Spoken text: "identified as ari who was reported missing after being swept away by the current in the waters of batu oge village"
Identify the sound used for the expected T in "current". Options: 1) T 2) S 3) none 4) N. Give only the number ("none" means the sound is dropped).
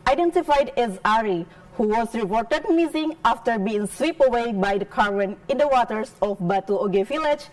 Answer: 3